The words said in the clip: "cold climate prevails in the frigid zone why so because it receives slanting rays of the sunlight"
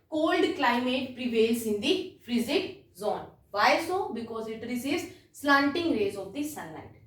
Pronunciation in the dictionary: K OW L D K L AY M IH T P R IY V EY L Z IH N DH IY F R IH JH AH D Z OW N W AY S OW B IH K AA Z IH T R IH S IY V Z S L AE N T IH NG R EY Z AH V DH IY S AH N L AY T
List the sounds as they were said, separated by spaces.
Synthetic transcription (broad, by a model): K OW L D K L AY M IH T P R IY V EY L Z IH N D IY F R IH Z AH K Z OW N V AY S OW B IH K AA Z IH T R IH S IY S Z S L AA N T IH NG R EY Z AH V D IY S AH N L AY T